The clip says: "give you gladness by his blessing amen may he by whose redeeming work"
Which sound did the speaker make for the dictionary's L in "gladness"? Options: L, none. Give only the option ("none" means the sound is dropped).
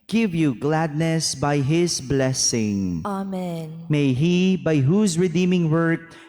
L